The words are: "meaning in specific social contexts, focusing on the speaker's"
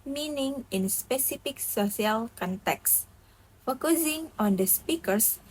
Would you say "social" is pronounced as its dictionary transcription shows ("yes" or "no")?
no